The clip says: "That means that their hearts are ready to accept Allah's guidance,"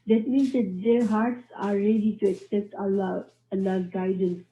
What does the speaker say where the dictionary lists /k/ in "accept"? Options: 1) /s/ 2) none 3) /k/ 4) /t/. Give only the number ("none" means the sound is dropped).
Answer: 3